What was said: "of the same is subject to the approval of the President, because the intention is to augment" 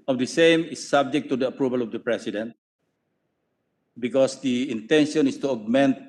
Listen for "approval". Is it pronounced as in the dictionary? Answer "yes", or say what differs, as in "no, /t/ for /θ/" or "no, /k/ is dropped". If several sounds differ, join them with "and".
yes